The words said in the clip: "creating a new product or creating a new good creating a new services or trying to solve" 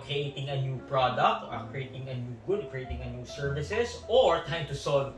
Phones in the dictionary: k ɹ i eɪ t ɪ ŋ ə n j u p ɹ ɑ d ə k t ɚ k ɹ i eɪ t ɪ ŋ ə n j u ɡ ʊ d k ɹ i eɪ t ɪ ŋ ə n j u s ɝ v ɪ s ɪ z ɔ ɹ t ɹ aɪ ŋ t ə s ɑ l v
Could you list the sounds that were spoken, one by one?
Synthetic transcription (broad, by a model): k ɹ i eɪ t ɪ ŋ ə n j u p ɹ ɑ d ə k t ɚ k ɹ i eɪ t ɪ ŋ ə n j u ɡ ʊ d k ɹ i eɪ t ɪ ŋ ə n j u s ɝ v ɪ s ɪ s ɔ ɹ t aɪ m t ə s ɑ l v